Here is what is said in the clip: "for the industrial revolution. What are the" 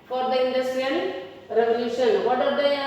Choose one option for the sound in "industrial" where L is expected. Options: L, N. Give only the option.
N